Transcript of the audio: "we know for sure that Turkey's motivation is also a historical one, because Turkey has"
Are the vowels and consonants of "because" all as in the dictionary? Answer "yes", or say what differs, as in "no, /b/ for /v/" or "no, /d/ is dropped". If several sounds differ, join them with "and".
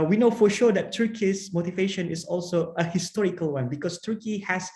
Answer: no, /s/ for /z/